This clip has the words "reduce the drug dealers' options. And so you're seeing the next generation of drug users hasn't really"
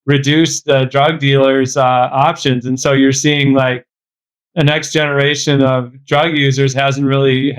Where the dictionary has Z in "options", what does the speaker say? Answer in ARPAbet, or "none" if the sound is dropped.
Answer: Z